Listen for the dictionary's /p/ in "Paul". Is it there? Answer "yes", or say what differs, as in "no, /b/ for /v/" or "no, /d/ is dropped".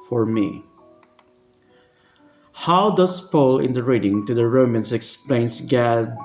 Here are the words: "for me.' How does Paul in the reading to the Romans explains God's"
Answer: yes